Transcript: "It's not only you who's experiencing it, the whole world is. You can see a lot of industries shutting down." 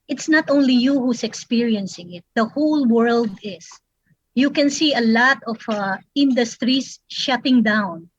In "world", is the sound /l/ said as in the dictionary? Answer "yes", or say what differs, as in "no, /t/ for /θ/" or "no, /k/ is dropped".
yes